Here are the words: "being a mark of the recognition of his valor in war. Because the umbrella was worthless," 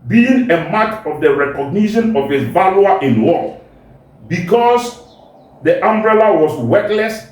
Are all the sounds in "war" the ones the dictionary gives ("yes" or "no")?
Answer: no